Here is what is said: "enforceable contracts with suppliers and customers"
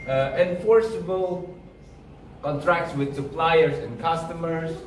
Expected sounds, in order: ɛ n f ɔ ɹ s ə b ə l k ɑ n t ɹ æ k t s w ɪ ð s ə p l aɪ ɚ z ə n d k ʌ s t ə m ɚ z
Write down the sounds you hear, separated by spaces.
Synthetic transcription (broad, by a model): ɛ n f ɔ ɹ s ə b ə l k ɑ n t ɹ æ k t s w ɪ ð s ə p l aɪ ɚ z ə n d k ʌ s t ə m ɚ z